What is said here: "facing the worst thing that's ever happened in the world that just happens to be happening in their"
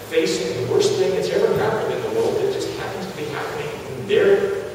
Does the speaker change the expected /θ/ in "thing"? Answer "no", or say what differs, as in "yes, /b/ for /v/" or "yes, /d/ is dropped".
no